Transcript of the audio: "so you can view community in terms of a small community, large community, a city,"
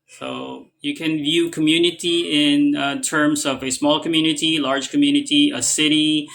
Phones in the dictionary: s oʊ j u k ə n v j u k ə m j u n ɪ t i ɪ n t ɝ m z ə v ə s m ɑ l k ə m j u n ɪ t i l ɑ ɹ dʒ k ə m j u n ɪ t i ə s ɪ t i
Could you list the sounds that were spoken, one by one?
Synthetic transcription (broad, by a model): s oʊ j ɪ k ə n v j u k ə m j u n ɪ t i ɪ n t ɝ m z ə v ə s m ɑ l k ə m j u n ɪ t i l ɑ ɹ dʒ k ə m j u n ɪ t i ə s ɪ t i